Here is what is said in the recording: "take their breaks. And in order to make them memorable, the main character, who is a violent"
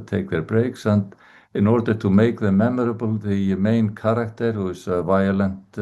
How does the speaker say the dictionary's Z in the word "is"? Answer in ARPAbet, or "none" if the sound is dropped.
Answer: S